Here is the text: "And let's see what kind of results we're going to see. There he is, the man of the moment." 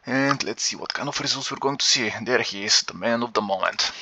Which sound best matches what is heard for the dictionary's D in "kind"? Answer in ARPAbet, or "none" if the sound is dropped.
none